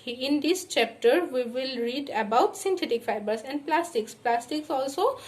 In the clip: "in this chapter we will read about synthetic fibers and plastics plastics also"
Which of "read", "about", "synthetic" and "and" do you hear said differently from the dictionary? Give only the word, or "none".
synthetic